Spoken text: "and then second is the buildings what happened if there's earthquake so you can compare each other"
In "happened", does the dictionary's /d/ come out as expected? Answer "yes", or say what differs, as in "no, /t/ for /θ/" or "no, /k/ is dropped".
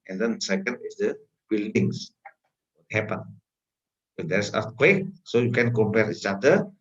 no, /d/ is dropped